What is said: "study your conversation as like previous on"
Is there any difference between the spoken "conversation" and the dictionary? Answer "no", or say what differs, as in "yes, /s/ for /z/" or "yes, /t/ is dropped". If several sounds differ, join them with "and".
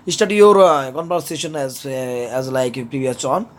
yes, /p/ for /v/